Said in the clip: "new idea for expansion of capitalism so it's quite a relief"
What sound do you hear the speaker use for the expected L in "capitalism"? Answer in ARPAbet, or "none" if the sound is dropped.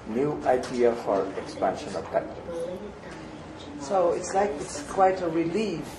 none